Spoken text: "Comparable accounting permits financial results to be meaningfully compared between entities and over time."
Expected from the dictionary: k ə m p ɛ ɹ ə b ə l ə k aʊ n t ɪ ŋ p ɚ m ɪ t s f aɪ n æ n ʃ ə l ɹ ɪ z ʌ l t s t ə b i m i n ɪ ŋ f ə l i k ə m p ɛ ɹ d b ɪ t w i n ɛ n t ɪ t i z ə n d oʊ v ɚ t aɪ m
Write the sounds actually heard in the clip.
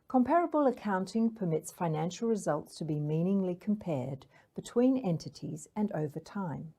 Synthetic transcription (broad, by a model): k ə m p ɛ ɹ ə b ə l ə k aʊ n t ɪ ŋ p ɚ m ɪ t s f aɪ n æ n ʃ l ɹ ɪ z ʌ l t s t ə b i m i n ɪ ŋ l i k ə m p ɛ ɹ d b ɪ t w i n ɛ n t ɪ t i z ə n oʊ v ɚ t aɪ m